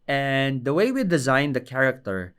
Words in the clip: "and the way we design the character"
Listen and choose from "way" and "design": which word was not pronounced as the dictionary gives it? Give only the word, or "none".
none